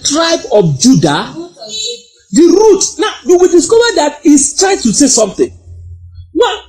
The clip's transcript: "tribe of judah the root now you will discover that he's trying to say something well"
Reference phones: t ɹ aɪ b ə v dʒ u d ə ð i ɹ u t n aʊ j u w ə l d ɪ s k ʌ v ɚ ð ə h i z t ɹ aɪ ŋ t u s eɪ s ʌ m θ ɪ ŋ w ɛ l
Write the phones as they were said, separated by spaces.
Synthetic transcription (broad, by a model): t ɹ aɪ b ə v dʒ u d ə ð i ɹ u t n aʊ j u w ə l d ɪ s k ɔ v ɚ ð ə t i s t ɹ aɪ t u s eɪ s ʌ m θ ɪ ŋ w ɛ